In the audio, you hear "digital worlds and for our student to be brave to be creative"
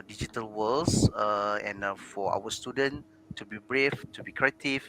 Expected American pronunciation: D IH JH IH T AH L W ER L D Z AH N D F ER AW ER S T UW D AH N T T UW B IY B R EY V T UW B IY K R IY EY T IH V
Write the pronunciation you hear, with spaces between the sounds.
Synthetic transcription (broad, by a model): D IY JH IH T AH L W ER L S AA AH N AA F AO AW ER S T UW D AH N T T UW B IY B R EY F T UW B IY K R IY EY T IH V